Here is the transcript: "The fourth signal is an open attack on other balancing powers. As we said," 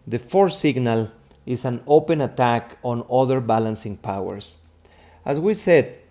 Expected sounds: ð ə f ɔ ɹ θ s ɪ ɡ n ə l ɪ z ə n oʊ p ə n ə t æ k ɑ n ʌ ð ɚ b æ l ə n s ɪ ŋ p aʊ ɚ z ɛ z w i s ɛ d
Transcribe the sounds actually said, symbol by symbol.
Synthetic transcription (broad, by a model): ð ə f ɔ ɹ s ɪ ɡ n ə l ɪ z ə n oʊ p ə n ə t æ k ɑ n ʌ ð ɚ b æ l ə n s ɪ ŋ p aʊ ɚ s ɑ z w i s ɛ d